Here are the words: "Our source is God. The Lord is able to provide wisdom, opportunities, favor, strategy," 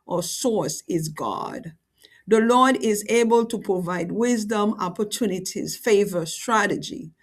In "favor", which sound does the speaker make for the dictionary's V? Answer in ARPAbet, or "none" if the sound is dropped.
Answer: V